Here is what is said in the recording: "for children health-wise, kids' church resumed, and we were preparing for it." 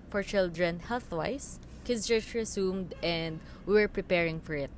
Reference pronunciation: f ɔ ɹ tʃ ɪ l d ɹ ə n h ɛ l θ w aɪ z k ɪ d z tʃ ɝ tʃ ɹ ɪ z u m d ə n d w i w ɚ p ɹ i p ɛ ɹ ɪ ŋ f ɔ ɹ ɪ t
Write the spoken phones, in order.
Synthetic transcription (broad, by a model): f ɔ ɹ tʃ ɪ l d ɹ ə n h ɛ l θ w aɪ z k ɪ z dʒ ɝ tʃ ɹ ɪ s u m d ə n d w i w ɚ p ɹ i p ɛ ɹ ɪ ŋ f ɔ ɹ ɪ t